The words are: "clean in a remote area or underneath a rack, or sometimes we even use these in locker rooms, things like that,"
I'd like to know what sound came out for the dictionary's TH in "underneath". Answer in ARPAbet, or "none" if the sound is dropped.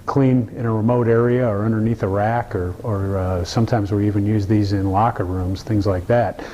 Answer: TH